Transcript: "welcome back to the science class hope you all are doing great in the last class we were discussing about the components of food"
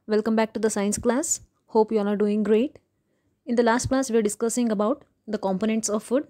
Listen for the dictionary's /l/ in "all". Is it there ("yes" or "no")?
no